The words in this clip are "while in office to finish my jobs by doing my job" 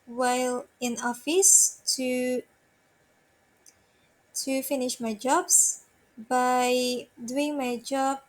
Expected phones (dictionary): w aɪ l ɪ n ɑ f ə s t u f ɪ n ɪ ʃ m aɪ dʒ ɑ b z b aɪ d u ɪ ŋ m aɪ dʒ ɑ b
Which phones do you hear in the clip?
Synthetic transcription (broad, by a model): w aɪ l ɪ n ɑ f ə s t u f ɪ n ɪ ʃ m aɪ dʒ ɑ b s b aɪ d u ɪ ŋ m aɪ dʒ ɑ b